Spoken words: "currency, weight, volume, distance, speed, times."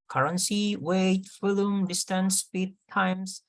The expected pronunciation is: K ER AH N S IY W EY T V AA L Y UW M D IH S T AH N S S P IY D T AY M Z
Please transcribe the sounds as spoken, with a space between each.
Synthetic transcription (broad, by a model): K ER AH N S IY W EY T F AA L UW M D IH S T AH N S S P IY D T AY M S